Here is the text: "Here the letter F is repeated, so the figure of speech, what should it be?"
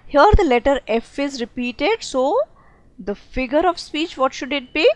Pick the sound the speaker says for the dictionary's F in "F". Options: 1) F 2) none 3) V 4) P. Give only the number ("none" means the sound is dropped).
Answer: 1